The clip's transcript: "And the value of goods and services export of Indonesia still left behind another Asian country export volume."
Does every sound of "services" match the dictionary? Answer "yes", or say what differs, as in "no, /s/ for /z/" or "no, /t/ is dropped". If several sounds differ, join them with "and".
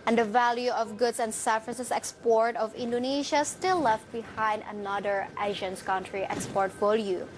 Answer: no, /f/ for /v/